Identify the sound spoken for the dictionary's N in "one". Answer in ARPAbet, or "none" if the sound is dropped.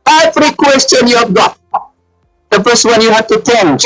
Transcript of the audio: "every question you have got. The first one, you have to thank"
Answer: N